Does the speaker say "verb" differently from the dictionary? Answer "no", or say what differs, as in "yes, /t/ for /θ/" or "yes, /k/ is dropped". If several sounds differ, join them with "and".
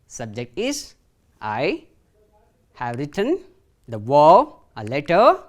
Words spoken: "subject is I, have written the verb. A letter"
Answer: yes, /b/ is dropped